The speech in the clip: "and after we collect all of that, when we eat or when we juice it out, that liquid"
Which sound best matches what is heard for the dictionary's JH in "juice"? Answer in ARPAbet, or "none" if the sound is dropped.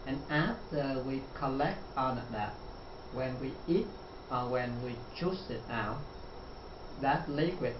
CH